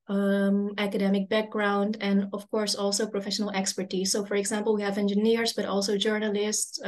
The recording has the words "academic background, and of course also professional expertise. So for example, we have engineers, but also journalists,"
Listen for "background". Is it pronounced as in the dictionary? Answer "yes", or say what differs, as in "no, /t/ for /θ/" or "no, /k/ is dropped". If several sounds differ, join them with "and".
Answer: yes